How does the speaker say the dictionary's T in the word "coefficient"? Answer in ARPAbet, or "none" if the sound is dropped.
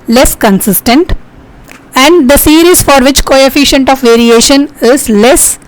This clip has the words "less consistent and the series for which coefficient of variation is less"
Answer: T